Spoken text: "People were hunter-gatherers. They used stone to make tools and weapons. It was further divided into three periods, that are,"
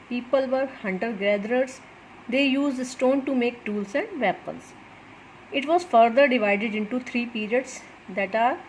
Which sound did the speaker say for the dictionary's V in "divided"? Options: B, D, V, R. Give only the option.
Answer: V